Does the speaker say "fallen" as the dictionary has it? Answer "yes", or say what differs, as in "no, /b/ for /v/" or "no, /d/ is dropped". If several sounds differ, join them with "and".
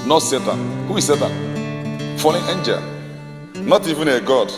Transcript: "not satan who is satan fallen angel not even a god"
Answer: no, /n/ is dropped